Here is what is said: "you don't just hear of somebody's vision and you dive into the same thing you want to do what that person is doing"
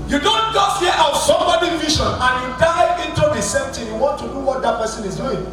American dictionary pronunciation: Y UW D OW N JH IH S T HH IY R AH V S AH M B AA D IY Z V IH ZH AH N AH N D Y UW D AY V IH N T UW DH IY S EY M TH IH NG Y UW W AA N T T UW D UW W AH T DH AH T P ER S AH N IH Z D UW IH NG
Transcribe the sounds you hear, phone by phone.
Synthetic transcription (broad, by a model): Y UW D OW N JH IH S T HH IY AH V S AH M B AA D IY V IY SH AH N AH N Y UW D AY IH N T UW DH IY S EY M T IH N Y UW W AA N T T UW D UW W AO T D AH T P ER S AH N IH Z D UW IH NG